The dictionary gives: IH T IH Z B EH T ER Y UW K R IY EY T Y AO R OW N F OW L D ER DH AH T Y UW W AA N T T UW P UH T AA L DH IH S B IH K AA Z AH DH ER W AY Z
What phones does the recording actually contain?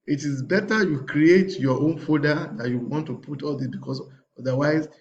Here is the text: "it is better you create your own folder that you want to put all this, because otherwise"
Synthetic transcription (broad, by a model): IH T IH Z B EH T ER Y UW K R IY EY T Y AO OW N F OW D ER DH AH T Y UW W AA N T T UW P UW T AA L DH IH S B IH K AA S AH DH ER W AY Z